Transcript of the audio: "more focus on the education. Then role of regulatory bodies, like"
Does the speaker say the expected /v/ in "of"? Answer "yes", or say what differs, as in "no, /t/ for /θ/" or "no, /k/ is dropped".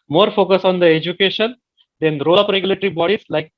no, /p/ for /v/